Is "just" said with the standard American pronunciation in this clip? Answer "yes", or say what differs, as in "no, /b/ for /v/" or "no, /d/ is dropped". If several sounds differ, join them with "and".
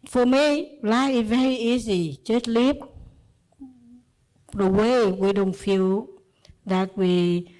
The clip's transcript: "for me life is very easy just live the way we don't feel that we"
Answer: no, /tʃ/ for /dʒ/